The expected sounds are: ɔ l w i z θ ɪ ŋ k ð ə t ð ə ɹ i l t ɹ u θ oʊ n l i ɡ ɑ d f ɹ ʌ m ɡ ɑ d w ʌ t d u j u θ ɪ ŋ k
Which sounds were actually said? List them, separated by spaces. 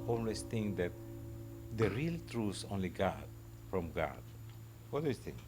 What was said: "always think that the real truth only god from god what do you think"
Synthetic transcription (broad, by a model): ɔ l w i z θ ɪ ŋ k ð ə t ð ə ɹ i l t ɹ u s oʊ n l i ɡ ɑ d f ɹ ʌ m ɡ ɑ d w ʌ t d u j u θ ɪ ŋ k